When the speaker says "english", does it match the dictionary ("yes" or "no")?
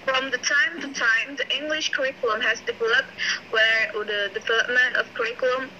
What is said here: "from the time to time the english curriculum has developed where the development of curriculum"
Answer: yes